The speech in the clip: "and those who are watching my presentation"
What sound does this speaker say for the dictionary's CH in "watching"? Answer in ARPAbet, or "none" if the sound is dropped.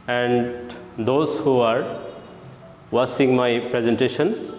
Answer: S